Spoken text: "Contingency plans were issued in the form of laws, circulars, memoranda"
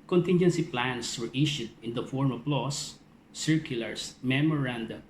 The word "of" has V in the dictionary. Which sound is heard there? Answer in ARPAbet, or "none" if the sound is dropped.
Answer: P